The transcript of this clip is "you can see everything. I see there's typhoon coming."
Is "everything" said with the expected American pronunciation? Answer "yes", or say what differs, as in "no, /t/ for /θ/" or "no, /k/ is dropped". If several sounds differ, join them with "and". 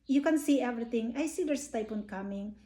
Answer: no, /t/ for /θ/